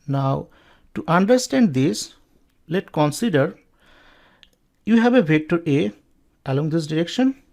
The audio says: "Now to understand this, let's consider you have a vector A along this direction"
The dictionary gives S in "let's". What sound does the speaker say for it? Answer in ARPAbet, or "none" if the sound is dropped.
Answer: none